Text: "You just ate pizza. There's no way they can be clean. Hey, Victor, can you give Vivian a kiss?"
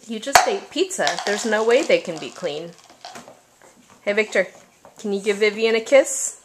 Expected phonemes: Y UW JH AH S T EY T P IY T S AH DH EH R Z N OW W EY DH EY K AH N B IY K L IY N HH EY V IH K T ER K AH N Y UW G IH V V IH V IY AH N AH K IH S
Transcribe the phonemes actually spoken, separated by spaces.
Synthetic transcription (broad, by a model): Y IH JH AH S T EY T P IY T S AH DH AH R Z N OW W EY DH EY K AH N B IY K L IY N HH EY V IH K T ER K N Y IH G IH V V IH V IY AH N AH K IH S